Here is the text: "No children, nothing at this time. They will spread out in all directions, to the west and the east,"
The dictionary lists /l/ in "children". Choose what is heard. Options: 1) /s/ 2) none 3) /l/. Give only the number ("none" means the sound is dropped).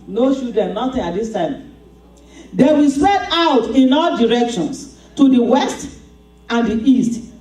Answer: 2